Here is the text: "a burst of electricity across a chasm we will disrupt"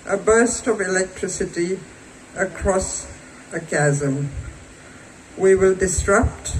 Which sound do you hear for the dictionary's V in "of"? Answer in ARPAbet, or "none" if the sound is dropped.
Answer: V